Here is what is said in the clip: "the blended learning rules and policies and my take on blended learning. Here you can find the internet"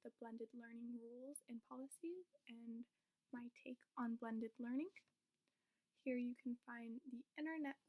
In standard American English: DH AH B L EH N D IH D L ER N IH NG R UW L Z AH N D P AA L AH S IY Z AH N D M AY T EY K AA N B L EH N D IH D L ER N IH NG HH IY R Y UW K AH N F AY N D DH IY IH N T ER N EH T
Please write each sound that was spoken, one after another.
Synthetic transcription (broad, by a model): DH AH B L EH N D IH D L ER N IH NG R UW L Z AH N P AA L AH S IY Z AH N M AY T EY K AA N B L EH N D IH D L ER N IH NG HH IY R Y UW K N F AY N DH IY IH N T ER N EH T